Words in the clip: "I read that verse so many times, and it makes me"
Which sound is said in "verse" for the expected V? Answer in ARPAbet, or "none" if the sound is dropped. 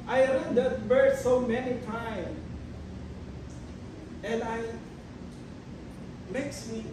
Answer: B